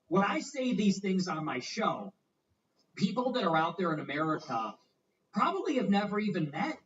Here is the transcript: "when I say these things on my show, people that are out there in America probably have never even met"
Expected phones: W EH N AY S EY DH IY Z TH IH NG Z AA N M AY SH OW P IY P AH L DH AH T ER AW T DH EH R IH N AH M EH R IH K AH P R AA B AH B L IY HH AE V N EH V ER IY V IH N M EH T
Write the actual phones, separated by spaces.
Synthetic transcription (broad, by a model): W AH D AY S EY DH IY Z TH IH NG Z N M AY SH OW P IY P L DH AH T ER AW T DH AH R IH N AH M EH R IH K AH P R AA B AH B L IY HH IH V N EH V ER IY V IH N M EH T